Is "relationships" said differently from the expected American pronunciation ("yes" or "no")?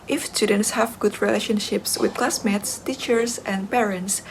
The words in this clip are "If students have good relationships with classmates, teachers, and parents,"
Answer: no